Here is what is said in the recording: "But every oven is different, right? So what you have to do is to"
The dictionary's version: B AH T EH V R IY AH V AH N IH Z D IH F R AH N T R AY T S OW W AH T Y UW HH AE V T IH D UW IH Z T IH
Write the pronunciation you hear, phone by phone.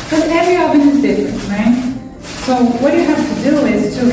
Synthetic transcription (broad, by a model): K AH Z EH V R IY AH B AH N IH Z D IH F R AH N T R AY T S OW W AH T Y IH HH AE F T IH D UW IH Z T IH